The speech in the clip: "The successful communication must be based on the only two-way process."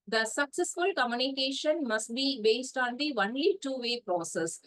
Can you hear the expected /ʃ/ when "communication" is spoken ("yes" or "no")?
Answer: yes